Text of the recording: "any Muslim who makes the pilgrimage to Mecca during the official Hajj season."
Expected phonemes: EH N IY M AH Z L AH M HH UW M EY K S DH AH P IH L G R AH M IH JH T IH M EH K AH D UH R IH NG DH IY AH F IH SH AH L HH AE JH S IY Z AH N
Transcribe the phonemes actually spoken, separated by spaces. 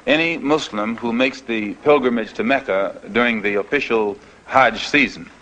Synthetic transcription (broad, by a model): EH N IY M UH S L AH M HH UW M EY K S DH AH P IH L G R AH M IH JH T IH M EH K AH D UH R IH NG DH IY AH F IH SH L HH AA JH S IY Z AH N